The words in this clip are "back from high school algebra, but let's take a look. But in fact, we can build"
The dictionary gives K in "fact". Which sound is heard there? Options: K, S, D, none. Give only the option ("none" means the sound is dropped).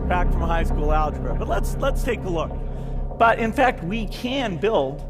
K